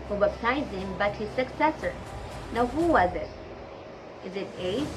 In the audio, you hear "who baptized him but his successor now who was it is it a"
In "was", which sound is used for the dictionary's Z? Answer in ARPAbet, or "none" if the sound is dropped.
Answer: Z